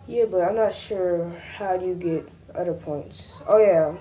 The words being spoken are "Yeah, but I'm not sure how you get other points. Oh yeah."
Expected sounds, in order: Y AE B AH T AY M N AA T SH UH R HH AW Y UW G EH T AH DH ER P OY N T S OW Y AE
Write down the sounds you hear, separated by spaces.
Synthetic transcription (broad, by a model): Y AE B AH T AY M N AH T SH UH R HH AW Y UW G EH T AH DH ER P OY N T S OW Y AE